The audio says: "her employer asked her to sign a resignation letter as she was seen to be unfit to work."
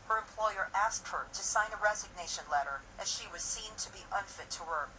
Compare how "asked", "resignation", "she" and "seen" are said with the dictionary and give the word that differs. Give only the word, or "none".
none